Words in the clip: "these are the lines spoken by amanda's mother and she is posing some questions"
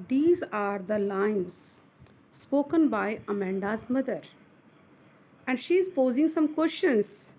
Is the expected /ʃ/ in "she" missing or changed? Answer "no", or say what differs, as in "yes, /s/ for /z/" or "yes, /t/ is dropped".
no